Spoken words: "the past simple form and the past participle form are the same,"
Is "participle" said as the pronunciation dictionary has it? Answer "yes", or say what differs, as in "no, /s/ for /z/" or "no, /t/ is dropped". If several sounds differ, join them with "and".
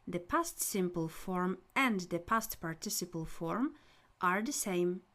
yes